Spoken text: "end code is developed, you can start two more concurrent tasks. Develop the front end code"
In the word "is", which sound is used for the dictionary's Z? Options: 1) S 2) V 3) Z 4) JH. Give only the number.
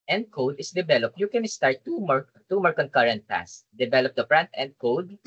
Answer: 1